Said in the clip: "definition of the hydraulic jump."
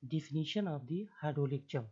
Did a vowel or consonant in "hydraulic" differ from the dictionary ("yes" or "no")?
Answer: yes